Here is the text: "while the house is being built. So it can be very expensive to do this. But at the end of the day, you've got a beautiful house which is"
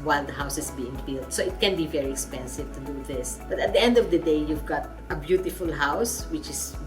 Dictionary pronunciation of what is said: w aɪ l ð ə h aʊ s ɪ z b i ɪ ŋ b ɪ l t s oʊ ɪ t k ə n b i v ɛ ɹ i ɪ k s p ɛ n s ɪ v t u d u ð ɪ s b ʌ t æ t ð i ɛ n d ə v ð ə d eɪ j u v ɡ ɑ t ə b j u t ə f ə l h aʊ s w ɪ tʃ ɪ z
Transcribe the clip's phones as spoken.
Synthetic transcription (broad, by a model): w aɪ l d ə h aʊ s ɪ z b i ɪ ŋ b ɪ l t s oʊ ɪ t k ə n b i v ɛ ɹ i ɪ k s p ɛ n s ɪ v t u d u ð ɪ s b ʌ t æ t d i ɛ n d ə v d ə d eɪ j u v ɡ ɑ t ə b j u t ə f ə l h aʊ s w ɪ tʃ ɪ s